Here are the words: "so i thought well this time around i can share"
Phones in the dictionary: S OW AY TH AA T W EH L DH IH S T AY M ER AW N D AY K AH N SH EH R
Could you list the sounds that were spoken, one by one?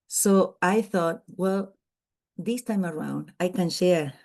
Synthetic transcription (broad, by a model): S OW AY TH AA T W EH L DH IH S T AY M ER AW N D AY K AH N SH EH R